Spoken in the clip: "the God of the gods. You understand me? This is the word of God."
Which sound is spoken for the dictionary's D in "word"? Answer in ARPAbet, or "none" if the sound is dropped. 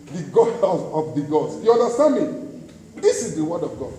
D